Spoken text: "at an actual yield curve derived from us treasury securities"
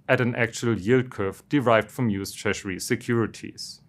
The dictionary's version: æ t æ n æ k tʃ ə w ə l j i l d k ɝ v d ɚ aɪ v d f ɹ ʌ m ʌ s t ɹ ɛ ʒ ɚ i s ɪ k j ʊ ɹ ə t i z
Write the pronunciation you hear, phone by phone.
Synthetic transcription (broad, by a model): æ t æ n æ k tʃ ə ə l j i l d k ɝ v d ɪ aɪ v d f ɹ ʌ m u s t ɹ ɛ ʃ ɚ i s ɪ k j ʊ ɹ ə t i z